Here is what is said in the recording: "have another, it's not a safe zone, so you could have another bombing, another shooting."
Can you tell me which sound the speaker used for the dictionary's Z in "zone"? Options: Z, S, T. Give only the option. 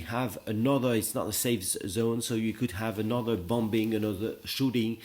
Z